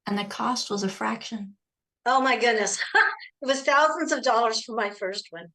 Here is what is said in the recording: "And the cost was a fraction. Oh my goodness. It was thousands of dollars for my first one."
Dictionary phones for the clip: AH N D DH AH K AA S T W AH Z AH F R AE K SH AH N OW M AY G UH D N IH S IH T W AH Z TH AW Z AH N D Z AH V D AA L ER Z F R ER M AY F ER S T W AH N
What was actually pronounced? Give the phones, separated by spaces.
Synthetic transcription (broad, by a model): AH N DH AH K AA S T W AH Z AH F R AE K SH AH N OW M AY G UH D N IH S IH T W AH Z TH AW Z AH N D Z AH V D AA L ER Z F R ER M AY F ER S T W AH N